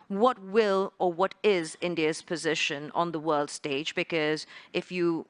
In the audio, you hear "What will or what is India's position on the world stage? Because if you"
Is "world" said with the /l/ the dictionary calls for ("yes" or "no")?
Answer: yes